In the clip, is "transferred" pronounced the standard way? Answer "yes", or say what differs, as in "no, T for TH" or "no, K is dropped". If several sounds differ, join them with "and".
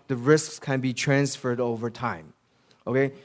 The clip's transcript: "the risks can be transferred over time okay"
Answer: yes